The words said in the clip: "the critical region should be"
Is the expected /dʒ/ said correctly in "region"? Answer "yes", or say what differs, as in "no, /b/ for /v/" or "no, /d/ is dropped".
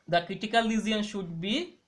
no, /dʒ/ is dropped